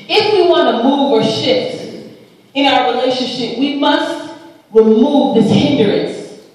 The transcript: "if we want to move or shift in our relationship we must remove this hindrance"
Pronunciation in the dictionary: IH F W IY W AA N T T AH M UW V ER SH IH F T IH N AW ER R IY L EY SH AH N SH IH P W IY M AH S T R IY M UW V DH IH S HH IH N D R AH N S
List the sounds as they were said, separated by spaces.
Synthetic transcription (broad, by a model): IH F W IY W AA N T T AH M UW V ER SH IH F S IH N AW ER R IY L EY SH AH N SH IH P W IY M AH S T R IY M UW V DH IH S HH IH N D R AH N S